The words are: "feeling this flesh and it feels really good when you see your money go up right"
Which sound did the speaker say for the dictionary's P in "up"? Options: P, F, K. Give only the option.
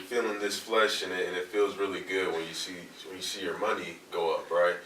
P